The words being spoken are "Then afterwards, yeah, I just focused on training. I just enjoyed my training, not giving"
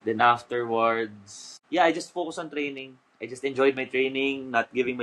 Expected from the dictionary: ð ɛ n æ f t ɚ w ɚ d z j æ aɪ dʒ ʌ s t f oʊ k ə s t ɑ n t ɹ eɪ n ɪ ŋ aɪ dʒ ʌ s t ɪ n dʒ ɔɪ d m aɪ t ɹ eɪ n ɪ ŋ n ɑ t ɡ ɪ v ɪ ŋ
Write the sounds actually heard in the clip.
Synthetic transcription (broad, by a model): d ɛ n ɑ f t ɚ w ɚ d s j aɪ dʒ ʌ s t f oʊ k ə s ɑ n t ɹ eɪ n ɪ ŋ aɪ dʒ ʌ s t ɪ n dʒ ɔɪ d m aɪ t ɹ eɪ n ɪ ŋ n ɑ t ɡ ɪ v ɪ ŋ